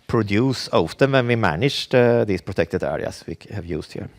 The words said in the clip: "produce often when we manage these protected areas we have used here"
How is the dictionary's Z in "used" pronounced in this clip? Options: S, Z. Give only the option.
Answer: S